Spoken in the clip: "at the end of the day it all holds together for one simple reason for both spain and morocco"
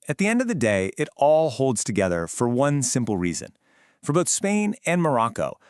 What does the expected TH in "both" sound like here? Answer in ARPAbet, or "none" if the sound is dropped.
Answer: TH